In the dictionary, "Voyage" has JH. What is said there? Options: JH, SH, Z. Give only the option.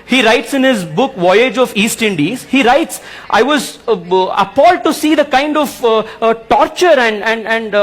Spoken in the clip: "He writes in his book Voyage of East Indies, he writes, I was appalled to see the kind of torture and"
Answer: JH